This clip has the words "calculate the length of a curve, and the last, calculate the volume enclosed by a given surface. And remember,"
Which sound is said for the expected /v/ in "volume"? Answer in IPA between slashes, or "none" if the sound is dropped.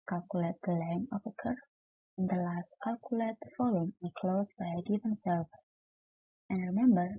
/f/